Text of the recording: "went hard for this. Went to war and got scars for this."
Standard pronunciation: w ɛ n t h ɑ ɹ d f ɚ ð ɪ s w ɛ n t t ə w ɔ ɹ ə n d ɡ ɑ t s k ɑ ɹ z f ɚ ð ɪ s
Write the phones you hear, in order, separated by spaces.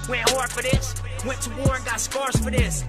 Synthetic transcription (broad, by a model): w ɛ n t h ɑ ɹ d f ɚ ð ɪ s w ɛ n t t ə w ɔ ɹ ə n ɡ ɑ t s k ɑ ɹ s f ɚ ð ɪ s